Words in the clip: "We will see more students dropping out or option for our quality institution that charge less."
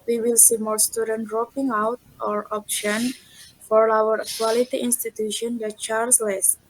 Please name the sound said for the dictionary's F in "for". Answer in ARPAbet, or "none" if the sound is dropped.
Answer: F